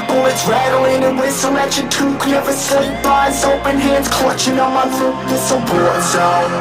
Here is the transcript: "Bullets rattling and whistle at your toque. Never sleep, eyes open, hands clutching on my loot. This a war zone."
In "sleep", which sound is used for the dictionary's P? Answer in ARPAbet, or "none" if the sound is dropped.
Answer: B